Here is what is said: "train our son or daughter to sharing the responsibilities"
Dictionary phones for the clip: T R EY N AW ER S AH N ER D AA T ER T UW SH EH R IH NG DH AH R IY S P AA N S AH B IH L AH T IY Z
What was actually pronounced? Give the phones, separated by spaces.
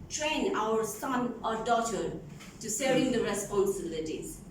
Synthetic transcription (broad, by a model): T R EY N AW ER S AH N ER D AA T ER T UW S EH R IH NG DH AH R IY S P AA N S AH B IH L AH T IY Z